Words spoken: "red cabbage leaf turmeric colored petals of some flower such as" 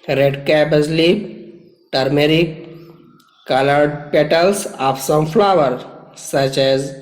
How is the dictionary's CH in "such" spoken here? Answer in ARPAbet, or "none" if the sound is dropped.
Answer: CH